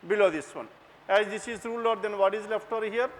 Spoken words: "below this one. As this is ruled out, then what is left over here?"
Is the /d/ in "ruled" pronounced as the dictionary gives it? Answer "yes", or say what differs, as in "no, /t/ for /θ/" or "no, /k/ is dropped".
no, /d/ is dropped